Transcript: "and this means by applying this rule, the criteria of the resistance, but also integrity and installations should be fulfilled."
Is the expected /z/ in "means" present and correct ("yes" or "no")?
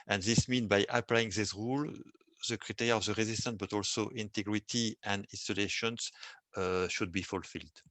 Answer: no